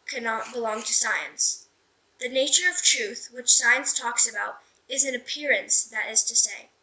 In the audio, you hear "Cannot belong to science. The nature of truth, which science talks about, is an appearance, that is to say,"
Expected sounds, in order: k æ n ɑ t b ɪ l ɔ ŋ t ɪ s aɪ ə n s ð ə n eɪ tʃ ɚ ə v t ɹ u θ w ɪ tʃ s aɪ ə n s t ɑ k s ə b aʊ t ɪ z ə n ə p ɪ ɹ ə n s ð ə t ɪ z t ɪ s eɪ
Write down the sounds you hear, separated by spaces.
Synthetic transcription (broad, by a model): k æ n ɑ t b ɪ l ɔ ŋ t ɪ s aɪ ə n s ð ə n eɪ tʃ ɚ ə v t ɹ u θ w ɪ tʃ s aɪ ə n s t ɑ k s ə b aʊ t ɪ z ə n ə p ɪ ɹ ə n s ð ə t ɪ z t ɪ s eɪ